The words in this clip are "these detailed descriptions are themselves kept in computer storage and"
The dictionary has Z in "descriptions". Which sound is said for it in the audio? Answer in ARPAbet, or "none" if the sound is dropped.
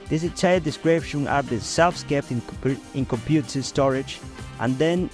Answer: none